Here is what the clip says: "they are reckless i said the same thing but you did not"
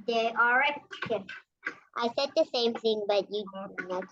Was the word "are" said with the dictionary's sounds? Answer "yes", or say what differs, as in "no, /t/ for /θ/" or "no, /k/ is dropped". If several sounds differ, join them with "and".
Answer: no, /l/ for /ɹ/